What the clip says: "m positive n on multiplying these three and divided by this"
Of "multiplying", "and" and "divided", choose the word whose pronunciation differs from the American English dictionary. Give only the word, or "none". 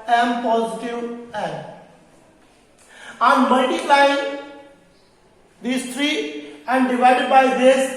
multiplying